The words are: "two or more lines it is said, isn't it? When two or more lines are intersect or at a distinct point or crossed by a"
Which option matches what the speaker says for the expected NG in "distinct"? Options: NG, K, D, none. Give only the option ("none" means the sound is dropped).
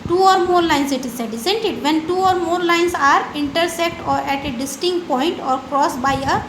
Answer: NG